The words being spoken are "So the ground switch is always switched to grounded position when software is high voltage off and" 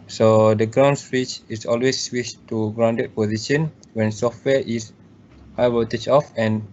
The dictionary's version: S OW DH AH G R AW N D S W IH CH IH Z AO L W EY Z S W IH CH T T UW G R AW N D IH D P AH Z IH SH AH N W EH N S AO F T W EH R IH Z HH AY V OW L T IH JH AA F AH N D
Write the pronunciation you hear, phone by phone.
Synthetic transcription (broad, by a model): S OW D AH G R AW N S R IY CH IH S AO L W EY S W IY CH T T UW G R AW N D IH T P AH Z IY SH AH N W EH N S AO F T W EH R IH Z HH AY W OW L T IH CH AA F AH N